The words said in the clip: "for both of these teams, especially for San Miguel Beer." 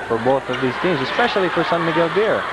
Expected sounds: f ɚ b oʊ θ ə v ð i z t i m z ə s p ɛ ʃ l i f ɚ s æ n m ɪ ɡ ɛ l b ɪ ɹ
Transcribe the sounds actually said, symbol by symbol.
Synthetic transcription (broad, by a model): f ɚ b oʊ θ ə v ð i z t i m z ə s p ɛ ʃ l i f ɚ s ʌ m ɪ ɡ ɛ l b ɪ ɹ